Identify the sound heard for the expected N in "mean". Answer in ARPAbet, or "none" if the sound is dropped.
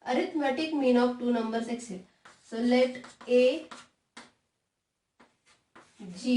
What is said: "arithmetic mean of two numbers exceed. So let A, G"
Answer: N